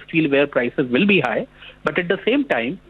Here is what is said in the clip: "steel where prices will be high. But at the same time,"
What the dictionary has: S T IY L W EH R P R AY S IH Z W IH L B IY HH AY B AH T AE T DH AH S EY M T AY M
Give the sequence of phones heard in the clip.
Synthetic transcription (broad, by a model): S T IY L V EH R P R AY S IH Z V IH L B IY HH AY B AH T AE T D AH S EY M T AY M